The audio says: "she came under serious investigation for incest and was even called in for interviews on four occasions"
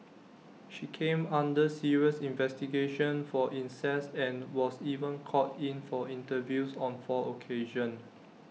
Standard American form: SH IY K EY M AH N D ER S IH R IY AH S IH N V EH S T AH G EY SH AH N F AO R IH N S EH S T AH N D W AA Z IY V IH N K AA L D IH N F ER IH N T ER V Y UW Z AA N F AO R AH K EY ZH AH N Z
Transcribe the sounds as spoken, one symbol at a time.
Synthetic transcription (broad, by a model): SH IY K EY M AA N D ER S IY R IY AH S IH N V EH S T AH G EY SH AH N F AO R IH N S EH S AH N W AA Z IY V IH N K AA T IH N F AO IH N T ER V Y UW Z AA N F AO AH K EY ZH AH N